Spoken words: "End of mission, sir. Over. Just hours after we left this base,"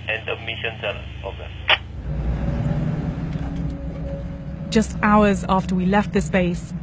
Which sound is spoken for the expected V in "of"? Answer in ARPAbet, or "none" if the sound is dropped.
B